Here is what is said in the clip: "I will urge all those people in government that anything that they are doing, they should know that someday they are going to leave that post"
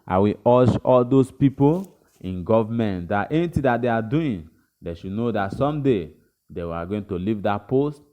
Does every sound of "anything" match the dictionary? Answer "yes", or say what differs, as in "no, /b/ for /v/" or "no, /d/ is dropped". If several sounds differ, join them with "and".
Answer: no, /t/ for /θ/